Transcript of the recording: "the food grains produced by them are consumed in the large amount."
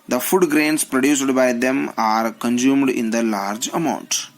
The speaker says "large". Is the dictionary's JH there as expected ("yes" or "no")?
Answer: yes